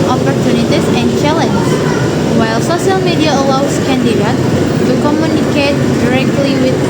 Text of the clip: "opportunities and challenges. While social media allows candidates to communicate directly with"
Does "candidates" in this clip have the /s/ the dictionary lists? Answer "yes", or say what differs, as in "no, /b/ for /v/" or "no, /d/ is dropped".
no, /s/ is dropped